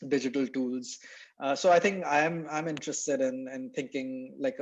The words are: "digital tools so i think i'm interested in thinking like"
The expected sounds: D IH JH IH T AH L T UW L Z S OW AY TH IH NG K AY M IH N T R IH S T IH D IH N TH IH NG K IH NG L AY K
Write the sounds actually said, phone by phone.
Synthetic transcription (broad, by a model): D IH JH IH T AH L T UW L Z S OW AY T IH NG K AY M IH N T R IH S T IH D IH N T IH NG K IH NG L AY K